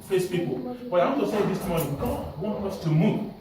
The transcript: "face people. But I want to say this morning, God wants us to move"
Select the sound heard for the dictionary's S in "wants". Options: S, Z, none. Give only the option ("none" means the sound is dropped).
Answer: none